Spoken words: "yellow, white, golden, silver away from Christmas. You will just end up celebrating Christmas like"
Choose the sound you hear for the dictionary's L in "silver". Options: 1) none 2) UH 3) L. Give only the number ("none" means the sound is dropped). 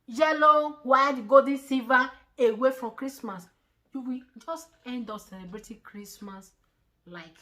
1